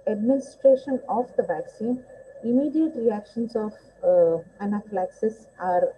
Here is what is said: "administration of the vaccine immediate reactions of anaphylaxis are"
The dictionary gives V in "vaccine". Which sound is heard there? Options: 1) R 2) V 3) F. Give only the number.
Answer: 2